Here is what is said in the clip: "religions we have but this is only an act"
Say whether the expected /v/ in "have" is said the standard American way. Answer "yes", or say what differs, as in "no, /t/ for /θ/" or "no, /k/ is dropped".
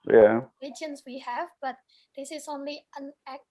yes